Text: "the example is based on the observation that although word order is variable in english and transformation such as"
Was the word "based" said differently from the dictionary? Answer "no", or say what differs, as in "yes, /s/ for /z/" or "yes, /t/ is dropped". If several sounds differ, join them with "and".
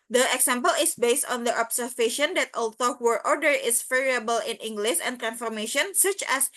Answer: no